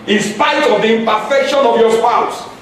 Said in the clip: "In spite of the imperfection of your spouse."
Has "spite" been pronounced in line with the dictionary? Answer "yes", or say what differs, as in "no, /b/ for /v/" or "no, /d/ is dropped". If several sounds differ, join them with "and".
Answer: no, /t/ is dropped